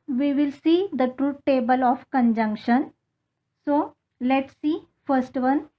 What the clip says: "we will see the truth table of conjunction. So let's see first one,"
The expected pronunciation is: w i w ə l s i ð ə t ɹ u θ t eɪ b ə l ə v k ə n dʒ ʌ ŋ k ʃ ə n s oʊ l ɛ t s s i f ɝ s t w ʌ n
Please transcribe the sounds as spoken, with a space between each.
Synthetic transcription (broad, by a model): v i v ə l s i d ə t ɹ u t eɪ b ə l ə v k ə n dʒ ʌ ŋ k ʃ ə n s oʊ l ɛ t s s i f ɝ s t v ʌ n